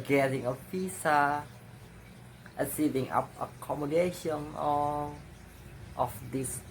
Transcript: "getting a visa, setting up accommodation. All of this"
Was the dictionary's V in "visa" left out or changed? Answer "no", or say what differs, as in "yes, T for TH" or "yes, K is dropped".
yes, P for V